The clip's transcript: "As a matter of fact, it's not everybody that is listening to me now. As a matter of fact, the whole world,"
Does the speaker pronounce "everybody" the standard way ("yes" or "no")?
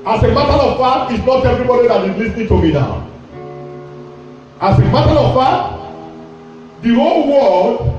yes